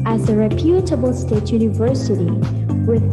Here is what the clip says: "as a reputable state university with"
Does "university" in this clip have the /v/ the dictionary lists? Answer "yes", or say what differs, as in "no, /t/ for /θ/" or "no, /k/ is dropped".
yes